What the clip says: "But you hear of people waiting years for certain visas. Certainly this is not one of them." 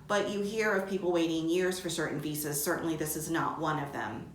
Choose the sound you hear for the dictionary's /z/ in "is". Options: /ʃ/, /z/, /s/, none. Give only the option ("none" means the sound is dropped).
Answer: /z/